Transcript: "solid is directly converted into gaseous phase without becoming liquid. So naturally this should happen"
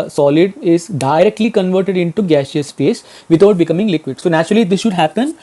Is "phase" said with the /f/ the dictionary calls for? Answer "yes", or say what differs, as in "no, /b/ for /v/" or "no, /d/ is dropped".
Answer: no, /p/ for /f/